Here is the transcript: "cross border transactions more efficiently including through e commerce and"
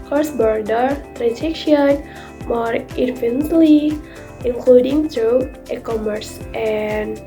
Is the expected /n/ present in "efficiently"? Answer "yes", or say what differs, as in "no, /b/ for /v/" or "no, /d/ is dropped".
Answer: no, /n/ is dropped